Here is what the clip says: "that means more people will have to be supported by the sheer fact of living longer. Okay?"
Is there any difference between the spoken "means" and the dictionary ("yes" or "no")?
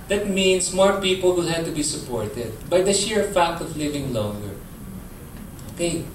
yes